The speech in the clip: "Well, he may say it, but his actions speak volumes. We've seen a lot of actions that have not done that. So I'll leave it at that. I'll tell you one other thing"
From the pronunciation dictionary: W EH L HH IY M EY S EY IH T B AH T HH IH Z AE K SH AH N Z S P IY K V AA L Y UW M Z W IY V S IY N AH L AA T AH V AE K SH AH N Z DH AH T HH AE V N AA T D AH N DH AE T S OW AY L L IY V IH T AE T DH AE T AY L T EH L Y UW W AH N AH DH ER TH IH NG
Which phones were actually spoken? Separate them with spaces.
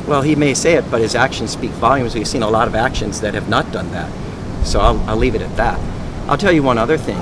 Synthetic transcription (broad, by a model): W EH L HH IY M EY S EY IH T B AH T HH IH Z AE K SH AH N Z S P IY K V AA L Y UW M Z W IY V S IY N AH L AA T AH V AE K SH AH N Z DH AH T HH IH V N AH T D AH N DH AE T S OW AY L L IY V IH T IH T DH AE T AY L T EH L Y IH W AH N AH DH ER TH IH NG